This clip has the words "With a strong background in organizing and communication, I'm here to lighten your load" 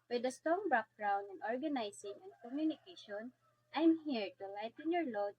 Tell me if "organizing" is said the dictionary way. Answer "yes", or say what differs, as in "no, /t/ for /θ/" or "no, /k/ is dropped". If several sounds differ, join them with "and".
no, /s/ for /z/